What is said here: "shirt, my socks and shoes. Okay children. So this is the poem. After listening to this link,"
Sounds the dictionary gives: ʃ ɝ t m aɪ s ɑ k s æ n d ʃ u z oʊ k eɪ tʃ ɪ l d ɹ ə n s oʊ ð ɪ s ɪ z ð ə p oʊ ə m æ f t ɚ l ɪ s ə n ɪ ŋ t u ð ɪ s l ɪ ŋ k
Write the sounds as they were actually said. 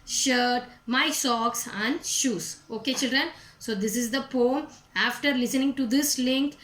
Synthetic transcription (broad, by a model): ʃ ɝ t m aɪ s ɑ k s æ n d ʃ u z oʊ k eɪ tʃ ɪ l d ɹ ə n s oʊ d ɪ s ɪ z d ə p oʊ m æ f t ɚ l ɪ s ə n ɪ ŋ t u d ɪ s l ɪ ŋ k